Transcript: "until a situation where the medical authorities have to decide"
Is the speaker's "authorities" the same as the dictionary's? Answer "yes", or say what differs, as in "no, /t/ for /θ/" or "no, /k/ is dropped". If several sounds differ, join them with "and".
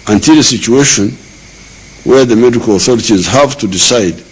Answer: yes